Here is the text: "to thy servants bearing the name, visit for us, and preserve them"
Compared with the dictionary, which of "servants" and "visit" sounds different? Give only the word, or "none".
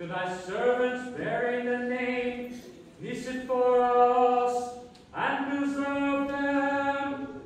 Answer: visit